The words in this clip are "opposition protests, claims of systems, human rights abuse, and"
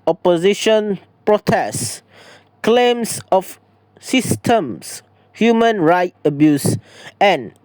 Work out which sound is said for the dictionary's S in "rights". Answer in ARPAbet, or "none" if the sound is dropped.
none